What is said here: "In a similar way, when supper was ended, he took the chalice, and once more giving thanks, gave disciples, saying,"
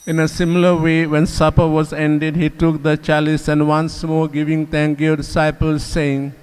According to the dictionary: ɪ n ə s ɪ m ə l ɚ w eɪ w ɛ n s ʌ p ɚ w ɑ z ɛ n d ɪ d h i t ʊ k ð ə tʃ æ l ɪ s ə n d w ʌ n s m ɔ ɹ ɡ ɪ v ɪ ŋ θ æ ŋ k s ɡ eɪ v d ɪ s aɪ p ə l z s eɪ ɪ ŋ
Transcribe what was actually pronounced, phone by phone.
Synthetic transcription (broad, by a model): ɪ n ə s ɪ m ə l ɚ w eɪ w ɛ n s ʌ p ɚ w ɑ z ɛ n d ɪ d h i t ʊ k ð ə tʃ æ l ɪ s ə n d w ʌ n s m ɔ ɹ ɡ ɪ v ɪ ŋ t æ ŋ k ɡ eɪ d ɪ s aɪ p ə l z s eɪ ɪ ŋ